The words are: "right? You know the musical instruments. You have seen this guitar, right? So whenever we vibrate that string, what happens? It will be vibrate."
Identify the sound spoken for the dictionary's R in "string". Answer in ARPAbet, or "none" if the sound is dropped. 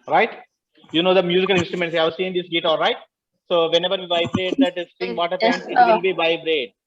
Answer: none